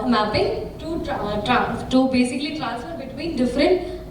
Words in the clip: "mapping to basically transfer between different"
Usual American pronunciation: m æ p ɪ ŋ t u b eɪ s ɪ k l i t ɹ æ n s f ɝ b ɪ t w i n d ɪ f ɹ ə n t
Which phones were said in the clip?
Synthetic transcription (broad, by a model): m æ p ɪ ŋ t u b eɪ s ɪ k l i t l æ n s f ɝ b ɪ t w i n d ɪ f ɹ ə n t